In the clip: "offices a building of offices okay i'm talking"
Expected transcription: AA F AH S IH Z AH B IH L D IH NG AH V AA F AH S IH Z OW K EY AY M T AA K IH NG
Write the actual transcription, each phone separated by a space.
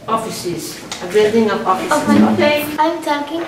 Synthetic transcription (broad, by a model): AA F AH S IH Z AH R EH D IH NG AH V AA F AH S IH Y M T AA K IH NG